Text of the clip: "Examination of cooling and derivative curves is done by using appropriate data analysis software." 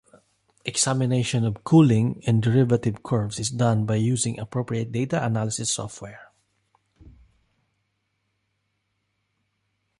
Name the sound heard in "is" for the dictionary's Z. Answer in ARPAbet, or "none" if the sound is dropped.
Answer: S